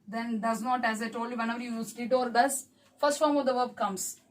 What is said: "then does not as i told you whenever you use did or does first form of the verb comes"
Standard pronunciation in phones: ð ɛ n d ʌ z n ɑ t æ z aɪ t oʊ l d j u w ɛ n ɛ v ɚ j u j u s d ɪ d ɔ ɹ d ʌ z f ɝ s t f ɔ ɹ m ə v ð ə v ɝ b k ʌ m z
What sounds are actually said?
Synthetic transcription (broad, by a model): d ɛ n d ʌ z n ɑ t æ z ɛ t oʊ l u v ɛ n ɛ v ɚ j u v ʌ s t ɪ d ɔ ɹ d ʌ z f ɝ s t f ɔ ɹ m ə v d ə v ɝ b k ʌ m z